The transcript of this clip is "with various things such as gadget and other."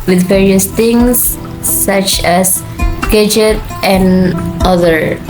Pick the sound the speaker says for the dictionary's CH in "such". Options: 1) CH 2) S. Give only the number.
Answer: 1